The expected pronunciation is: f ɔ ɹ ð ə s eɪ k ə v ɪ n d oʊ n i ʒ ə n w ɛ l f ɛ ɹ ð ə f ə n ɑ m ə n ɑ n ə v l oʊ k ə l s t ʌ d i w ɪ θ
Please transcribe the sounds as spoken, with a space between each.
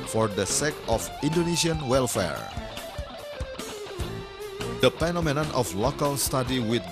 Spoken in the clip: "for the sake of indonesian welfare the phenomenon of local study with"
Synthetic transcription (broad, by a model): f ɔ ɹ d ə s eɪ k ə f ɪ n d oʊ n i s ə n w ɛ l f ɛ ɹ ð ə p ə n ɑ m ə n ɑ n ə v l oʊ k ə l s t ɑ d i w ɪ